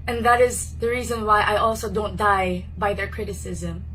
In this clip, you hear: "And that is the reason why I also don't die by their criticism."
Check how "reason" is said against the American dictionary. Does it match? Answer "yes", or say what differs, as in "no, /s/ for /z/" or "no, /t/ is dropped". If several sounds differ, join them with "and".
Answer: yes